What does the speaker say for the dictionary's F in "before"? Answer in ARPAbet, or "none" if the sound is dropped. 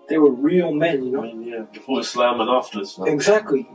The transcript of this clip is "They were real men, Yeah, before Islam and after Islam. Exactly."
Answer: none